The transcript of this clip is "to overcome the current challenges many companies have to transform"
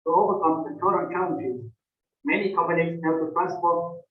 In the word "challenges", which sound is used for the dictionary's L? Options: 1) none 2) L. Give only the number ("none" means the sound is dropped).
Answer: 1